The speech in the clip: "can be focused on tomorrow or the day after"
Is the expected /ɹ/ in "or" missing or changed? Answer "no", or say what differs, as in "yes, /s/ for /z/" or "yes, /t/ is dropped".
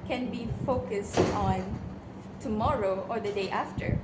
no